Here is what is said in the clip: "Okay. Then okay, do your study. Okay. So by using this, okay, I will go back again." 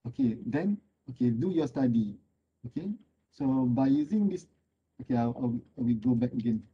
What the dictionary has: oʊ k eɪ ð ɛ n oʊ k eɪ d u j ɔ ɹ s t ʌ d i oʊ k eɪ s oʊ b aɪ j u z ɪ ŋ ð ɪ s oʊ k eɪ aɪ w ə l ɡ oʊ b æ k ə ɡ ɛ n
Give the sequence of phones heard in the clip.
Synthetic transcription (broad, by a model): oʊ k eɪ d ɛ n oʊ k eɪ d u j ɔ s t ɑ d i oʊ k eɪ s oʊ b aɪ j u z ɪ ŋ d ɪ s oʊ k eɪ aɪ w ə w ɡ oʊ b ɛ k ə ɡ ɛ n